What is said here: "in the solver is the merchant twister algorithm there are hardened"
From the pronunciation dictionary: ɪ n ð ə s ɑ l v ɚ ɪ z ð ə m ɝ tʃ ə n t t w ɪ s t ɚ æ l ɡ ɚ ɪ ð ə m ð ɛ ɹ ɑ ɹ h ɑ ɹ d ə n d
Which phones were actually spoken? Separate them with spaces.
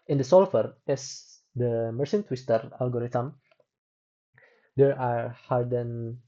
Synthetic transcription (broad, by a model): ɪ n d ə s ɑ l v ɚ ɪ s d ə m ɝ s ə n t t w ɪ s t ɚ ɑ l ɡ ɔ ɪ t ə m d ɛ ɹ ɑ ɹ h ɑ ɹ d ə n